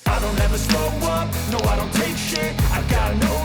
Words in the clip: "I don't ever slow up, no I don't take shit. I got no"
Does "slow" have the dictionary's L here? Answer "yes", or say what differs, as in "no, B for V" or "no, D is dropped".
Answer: no, L is dropped